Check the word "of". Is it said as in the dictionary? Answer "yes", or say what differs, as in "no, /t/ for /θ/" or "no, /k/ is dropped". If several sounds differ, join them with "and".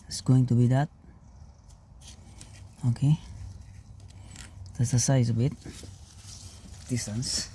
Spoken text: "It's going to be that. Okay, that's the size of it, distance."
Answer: no, /b/ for /v/